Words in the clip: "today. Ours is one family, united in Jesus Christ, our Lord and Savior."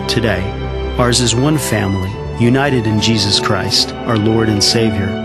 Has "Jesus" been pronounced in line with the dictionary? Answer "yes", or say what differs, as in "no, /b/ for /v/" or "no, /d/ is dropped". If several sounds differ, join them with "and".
yes